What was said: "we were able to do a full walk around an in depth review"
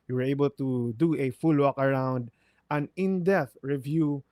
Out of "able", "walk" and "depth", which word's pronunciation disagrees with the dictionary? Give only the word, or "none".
depth